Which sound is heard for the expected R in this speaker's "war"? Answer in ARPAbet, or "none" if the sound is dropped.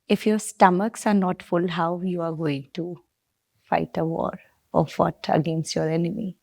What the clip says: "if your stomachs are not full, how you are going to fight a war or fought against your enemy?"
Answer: R